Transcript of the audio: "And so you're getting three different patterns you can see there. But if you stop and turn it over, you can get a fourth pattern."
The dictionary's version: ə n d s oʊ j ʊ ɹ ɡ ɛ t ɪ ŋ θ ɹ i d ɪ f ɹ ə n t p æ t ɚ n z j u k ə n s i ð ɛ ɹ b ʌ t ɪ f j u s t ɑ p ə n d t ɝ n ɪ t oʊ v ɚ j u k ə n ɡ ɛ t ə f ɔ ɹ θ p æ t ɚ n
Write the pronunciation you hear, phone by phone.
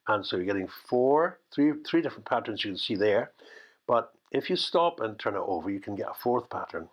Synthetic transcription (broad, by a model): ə n s oʊ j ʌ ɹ ɡ ɛ t ɪ ŋ θ ɹ i d ɪ f ɹ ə n p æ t ɚ n z j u k ə n s i ð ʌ ɹ b ʌ t ɪ f j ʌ s t ɑ p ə n t ɝ n ɪ t oʊ v ɚ j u k ə n ɡ ɛ t ə f ɔ ɹ θ p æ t ɚ n